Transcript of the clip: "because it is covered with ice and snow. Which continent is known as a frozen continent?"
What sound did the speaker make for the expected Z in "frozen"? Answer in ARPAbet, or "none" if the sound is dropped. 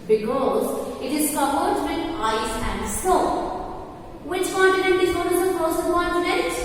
S